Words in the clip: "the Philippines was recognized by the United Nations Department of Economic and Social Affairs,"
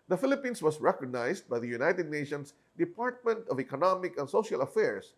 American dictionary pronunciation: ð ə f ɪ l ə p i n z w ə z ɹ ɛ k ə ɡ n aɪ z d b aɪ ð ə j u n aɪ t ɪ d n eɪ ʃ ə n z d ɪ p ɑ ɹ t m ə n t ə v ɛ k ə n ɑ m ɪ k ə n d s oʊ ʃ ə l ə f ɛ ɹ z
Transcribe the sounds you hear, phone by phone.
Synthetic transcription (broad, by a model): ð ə f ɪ l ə p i n s w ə s ɹ ɛ k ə ɡ n aɪ s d b aɪ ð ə j u n aɪ t ɪ d n eɪ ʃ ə n s d ɪ p ɑ ɹ t m ə n t ə v ɛ k ə n ɑ m ɪ k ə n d s oʊ ʃ ə l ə f ɛ ɹ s